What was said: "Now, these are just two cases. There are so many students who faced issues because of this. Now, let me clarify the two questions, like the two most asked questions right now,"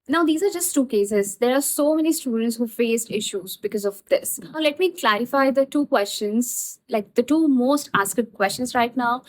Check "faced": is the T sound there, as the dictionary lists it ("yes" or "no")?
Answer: no